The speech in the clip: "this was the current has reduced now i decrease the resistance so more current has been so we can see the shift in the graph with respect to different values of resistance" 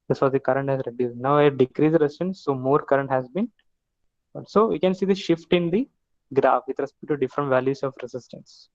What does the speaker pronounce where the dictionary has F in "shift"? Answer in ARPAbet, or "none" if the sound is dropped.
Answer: F